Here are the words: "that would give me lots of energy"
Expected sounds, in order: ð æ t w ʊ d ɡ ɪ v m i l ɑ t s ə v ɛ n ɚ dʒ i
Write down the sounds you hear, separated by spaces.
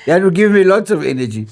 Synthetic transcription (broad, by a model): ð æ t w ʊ ɡ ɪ v m i l ɑ t s ə v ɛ n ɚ dʒ i